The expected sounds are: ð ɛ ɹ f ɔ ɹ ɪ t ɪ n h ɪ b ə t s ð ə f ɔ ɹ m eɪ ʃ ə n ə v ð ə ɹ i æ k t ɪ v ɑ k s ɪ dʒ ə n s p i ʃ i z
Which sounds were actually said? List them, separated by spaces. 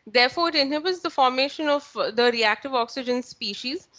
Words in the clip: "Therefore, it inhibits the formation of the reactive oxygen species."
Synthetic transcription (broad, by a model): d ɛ ɹ f ɔ ɹ ɪ t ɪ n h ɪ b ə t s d ə f ɔ ɹ m eɪ ʃ ə n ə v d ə ɹ i æ k t ɪ v ɑ k s ɪ dʒ ə n s p i ʃ i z